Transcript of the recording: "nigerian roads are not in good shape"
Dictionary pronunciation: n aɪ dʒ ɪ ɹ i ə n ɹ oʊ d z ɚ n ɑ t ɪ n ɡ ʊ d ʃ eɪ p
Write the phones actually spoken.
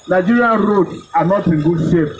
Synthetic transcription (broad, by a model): n aɪ dʒ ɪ ɹ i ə n ɹ oʊ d ɑ n ɑ t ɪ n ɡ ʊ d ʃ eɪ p